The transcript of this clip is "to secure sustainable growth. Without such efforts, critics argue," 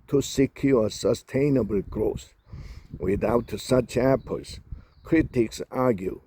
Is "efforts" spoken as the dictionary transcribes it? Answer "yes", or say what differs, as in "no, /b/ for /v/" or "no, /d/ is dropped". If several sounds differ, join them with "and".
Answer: no, /p/ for /f/